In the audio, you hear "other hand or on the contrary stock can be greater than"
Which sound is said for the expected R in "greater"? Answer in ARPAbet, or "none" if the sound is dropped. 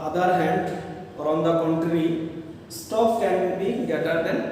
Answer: none